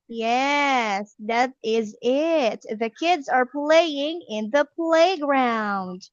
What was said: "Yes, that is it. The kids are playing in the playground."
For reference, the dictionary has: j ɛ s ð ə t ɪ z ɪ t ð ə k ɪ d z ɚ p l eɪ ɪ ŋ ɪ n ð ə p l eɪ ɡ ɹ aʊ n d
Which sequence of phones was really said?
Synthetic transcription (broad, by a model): j ɛ s ð ə t ɪ z ɪ t ð ə k ɪ d z ɚ p l eɪ ɪ ŋ ɪ n ð ə p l eɪ ɡ ɹ aʊ n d